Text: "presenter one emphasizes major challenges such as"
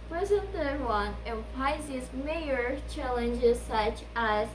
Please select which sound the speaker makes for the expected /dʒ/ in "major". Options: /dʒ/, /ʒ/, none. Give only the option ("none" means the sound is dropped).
none